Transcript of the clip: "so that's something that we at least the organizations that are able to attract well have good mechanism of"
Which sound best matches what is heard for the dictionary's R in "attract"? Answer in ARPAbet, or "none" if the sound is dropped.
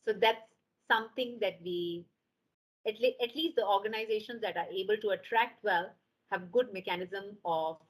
R